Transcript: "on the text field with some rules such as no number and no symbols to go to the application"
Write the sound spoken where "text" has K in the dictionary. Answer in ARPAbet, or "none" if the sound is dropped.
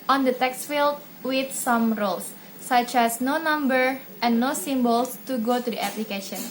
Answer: K